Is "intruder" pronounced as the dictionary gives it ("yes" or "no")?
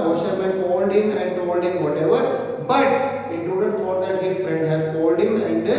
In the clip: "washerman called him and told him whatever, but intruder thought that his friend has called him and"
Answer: no